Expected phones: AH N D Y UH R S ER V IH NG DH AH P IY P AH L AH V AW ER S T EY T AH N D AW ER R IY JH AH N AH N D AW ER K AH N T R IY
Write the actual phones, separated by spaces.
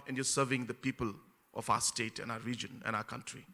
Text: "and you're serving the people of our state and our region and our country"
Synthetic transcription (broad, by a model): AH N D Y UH S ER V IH NG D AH P IY P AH L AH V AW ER S T EY T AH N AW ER R IY JH AH N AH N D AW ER K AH N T R IY